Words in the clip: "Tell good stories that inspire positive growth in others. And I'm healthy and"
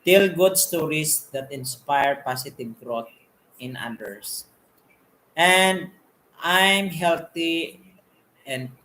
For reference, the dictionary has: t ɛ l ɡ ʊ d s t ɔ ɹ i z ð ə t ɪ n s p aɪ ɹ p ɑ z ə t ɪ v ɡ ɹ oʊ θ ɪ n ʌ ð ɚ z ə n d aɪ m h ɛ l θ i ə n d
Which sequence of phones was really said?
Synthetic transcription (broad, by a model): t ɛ l ɡ ʊ d s t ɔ ɹ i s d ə t ɪ n s p aɪ ɹ p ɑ s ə t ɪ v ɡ ɹ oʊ t ɪ n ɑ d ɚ s ə n d aɪ m h ɛ l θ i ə n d